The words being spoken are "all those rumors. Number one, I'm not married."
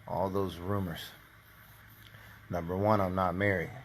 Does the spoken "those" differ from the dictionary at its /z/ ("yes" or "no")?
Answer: no